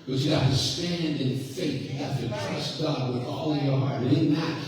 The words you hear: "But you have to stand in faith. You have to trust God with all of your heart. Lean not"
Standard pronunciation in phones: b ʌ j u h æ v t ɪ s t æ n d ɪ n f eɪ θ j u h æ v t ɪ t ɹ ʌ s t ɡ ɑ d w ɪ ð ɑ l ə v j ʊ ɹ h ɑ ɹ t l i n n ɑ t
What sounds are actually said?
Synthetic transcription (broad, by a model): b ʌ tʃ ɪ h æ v t ɪ s t æ n d ɪ n f eɪ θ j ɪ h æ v t ɪ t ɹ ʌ s ɡ ɑ d w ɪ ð ɑ l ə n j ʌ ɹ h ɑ ɹ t n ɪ n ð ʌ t